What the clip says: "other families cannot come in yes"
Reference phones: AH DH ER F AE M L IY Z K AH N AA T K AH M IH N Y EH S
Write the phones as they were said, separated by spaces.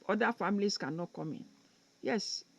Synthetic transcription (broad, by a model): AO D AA F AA M L IY S K AH N AA T K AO M IH N Y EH S